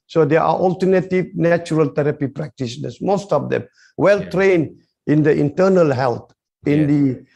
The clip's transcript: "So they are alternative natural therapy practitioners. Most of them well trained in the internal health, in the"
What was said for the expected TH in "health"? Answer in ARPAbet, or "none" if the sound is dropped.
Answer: T